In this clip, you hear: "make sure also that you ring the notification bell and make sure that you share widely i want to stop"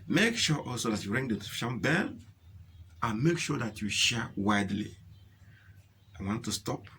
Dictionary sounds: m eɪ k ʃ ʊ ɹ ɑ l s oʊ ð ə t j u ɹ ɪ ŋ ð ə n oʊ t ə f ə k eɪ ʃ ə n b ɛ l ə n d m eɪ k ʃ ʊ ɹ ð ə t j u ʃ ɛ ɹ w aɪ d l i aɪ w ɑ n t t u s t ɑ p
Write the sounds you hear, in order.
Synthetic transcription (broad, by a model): m eɪ k ʃ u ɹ ɑ l s oʊ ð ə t j u ɹ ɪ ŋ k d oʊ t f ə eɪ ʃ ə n b ɛ l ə n m eɪ k ʃ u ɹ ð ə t j u ʃ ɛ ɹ w aɪ d l i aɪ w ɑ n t t u s t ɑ p